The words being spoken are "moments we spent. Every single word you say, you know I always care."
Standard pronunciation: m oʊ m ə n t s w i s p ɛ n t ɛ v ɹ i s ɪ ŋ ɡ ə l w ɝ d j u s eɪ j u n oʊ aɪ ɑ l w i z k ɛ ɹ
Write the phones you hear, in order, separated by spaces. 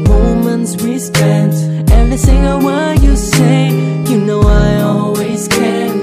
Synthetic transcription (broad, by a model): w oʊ m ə n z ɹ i s p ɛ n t ɛ v ɹ i s ɪ ŋ ɡ ə l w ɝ j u s eɪ j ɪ n oʊ aɪ ɑ l w i z k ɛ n